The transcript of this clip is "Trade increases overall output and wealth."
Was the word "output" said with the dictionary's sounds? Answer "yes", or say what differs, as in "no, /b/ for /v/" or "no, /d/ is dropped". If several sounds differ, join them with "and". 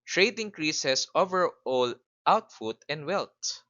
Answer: no, /f/ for /p/